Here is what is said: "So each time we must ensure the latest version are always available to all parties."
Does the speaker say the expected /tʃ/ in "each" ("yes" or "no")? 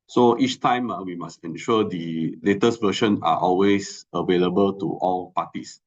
yes